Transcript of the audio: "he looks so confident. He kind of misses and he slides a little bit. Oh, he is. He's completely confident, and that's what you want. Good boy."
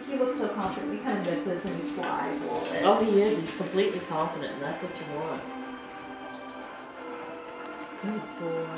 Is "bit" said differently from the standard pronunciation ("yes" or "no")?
yes